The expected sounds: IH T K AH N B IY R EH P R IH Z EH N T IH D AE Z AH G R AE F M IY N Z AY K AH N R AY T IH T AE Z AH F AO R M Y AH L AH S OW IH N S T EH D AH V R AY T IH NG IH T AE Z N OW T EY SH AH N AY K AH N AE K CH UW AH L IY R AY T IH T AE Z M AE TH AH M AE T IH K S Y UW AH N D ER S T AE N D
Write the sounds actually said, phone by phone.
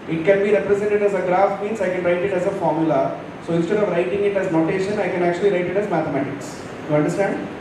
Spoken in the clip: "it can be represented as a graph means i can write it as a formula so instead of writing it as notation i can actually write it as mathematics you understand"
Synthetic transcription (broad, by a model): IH T K AH N B IY R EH P R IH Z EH N T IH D AE Z AH G R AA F M IY N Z AY K AH N R AY T IH T AE Z AH F AO R M Y AH L AH S OW IH N S T EH D AH V R AY T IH NG IH T AE Z N OW T EY SH AH N AY K AH N AE K CH UW AH L IY R AY T IH T AE Z M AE T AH M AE T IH K S Y UW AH N D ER S T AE N D